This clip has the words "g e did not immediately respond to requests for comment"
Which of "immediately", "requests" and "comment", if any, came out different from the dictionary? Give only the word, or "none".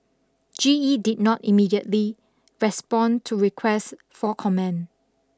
comment